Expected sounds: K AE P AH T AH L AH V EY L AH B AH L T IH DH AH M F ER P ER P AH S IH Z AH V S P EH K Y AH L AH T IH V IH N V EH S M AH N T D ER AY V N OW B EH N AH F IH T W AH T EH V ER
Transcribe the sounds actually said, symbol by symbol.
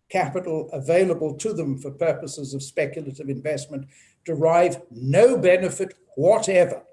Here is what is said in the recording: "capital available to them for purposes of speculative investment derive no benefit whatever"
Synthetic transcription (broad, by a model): K AE P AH T L AH V EY L AH B AH L T IH DH AH M F ER P ER P AH S IH Z AH V S P EH K Y L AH T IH V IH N V EH S M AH N D ER AY V N OW B EH N AH F IH T W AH T EH V ER